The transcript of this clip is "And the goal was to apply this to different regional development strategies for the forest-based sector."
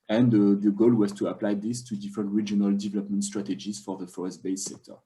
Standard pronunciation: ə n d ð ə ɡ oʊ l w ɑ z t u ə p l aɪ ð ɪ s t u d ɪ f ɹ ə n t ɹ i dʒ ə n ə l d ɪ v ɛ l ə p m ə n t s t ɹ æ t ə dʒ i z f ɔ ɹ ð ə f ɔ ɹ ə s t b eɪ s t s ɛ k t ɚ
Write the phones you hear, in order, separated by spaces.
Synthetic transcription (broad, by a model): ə n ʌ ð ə ɡ oʊ l w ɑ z t u ə p l aɪ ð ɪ s t u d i f ɹ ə n t ɹ i dʒ ə n ə l d ɪ v ɛ l ə p m ə n t s t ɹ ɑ t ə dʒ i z f ɔ ɹ ð ə f ɔ ɹ ə s t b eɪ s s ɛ k t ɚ